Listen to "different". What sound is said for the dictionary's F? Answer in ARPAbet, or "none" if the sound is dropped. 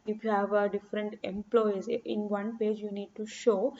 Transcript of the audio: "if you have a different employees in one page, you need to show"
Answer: F